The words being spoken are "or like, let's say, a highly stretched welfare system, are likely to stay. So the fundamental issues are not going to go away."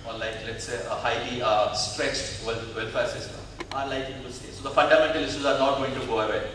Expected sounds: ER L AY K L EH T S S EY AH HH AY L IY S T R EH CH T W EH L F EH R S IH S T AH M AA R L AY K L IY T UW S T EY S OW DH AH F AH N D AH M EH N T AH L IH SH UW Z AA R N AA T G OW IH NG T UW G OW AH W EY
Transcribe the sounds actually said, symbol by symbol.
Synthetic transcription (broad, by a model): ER L AY K L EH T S S EY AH HH AY L IY S T R EH CH T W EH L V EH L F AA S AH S AA R L AY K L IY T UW S T EY S OW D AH F AH N D AH M EH N T AH L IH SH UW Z AA R N AA T G OW IH NG T UW G OW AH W EY